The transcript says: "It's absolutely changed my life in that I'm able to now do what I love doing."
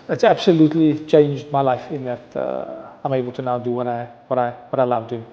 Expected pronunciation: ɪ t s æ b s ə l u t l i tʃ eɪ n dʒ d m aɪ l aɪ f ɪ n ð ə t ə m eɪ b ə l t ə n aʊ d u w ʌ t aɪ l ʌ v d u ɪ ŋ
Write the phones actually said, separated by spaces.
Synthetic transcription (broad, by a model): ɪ t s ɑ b s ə l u t l i tʃ eɪ n dʒ d m aɪ l aɪ f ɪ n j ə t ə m eɪ b ə l t ə n aʊ d u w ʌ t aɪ w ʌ w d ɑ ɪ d